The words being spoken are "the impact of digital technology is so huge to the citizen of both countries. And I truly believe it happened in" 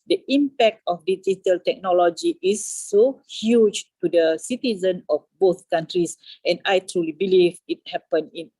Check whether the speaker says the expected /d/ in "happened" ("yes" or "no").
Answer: no